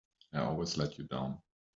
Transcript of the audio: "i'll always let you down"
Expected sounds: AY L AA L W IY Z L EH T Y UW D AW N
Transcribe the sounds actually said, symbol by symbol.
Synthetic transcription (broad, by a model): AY AA L W IY Z L EH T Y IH D AW N